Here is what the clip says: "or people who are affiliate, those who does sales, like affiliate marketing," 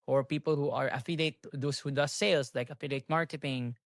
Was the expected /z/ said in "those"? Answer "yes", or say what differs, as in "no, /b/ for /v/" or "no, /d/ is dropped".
no, /s/ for /z/